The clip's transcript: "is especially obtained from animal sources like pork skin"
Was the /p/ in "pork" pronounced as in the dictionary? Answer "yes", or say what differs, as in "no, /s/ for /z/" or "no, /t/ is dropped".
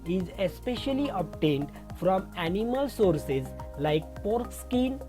yes